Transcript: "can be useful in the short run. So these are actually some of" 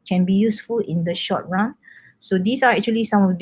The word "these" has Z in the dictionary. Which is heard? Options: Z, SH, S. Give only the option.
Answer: S